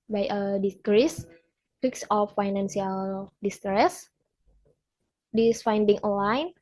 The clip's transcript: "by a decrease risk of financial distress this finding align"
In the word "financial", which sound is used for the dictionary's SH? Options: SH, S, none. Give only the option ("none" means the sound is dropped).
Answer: S